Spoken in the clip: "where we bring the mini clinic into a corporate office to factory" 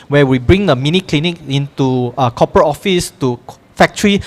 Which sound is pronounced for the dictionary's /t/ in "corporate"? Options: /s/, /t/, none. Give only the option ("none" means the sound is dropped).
none